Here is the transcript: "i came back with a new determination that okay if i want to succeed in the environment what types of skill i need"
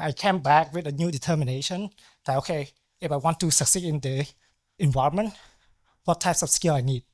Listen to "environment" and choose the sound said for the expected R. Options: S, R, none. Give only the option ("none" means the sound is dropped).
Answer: R